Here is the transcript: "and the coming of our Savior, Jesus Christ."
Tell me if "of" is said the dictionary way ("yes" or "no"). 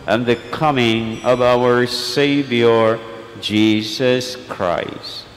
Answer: yes